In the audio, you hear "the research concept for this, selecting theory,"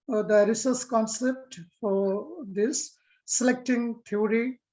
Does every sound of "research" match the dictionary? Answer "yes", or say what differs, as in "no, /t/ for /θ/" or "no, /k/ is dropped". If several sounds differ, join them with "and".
no, /s/ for /tʃ/